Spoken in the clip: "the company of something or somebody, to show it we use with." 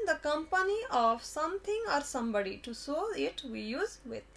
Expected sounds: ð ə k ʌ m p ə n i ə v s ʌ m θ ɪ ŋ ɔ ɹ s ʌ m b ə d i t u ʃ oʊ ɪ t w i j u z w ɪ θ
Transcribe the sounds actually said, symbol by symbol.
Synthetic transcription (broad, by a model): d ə k ʌ m p ə n i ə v s ʌ m t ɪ ŋ ɔ ɹ s ʌ m b ə d i t u s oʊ ɪ t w i j u z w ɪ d